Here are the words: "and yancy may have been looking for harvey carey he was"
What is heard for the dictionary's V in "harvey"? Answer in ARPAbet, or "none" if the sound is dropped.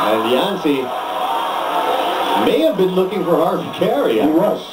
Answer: none